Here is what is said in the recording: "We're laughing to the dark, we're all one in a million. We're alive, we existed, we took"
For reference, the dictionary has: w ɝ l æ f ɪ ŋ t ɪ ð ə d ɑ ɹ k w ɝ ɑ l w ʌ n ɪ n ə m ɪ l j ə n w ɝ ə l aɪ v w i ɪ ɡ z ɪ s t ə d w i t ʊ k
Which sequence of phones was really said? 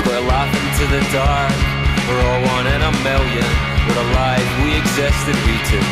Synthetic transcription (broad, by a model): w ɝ l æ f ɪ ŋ t ɪ ð ə d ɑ ɹ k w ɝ ɑ l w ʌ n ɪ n ə m ɪ l j ə n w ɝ ə l aɪ v w i ɪ ɡ z ɪ s t ə d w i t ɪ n